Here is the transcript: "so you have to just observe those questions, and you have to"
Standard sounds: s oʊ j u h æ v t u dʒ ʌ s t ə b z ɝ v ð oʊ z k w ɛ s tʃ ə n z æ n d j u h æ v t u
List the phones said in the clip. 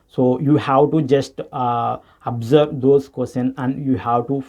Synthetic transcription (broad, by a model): s oʊ j u h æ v t u dʒ ʌ s t ə b z ɝ v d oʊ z k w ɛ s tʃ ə n æ n d j u h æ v t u